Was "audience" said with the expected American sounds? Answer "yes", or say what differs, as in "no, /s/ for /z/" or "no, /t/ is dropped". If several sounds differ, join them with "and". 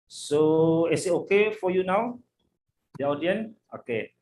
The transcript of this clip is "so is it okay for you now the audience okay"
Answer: no, /s/ is dropped